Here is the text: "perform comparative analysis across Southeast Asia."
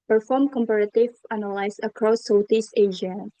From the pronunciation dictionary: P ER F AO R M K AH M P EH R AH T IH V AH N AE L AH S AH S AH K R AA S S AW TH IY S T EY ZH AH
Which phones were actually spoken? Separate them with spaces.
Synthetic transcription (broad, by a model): P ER F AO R M K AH M P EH R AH T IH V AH N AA L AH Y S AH K R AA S S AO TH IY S EY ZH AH